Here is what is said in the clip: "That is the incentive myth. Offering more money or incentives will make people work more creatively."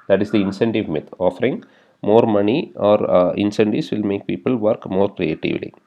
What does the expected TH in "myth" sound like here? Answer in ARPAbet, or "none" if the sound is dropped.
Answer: T